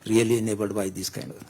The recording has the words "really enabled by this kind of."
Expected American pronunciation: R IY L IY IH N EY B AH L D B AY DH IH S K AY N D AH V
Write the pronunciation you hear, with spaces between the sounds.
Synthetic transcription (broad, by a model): R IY L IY N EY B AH D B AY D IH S K AY N D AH